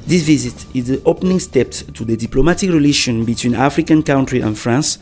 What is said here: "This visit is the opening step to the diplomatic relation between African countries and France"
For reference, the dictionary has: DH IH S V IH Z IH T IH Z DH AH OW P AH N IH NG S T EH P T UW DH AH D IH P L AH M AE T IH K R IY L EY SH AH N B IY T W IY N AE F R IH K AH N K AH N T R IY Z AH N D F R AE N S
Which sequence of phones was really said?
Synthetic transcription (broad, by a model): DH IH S V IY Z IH T IH Z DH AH OW P AH N IH NG S T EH P T UW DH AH D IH P L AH M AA T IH K R IY L EY SH AH N B IY T W IY N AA F R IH K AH N K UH N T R IY AH N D F R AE N S